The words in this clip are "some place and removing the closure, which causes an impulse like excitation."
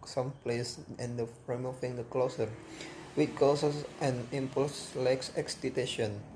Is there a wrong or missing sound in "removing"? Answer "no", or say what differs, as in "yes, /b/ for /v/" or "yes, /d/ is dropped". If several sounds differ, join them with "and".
yes, /f/ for /v/